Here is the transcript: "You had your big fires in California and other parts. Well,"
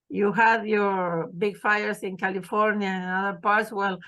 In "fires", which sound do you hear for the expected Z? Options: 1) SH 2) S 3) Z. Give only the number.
2